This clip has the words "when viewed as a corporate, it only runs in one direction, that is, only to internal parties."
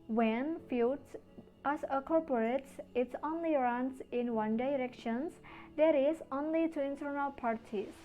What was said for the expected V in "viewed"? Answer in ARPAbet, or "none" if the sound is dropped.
F